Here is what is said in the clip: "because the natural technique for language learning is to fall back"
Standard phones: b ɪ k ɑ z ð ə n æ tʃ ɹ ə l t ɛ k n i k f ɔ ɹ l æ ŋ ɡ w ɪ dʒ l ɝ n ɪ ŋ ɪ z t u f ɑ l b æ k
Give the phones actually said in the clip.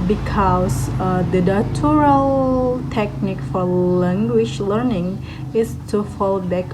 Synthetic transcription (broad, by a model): b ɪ k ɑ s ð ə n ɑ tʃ ɹ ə l t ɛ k n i k f ɔ ɹ l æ ŋ ɡ w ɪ ʃ l ɝ n ɪ ŋ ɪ s t u f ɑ l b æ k